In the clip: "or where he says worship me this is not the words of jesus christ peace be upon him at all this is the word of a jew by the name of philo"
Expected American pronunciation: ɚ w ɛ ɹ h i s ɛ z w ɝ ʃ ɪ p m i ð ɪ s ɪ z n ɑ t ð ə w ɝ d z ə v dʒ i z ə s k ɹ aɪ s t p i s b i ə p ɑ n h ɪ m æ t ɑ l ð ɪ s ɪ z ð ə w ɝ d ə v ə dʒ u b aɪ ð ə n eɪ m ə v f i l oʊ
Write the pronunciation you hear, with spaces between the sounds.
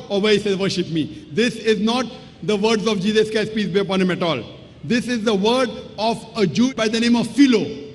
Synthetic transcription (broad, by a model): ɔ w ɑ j s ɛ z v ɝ ʃ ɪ p m i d ɪ s ɪ z n ɑ t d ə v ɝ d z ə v dʒ i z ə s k aɪ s p i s b i ə p ɑ n h ɪ m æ t ɑ l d ɪ s ɪ z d ə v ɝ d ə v ə dʒ u b aɪ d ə n eɪ m ə v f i l oʊ